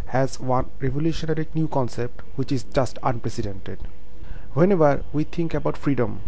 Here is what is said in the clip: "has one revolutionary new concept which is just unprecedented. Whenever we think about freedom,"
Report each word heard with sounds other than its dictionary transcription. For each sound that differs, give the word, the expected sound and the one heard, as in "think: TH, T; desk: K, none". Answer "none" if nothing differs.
think: TH, T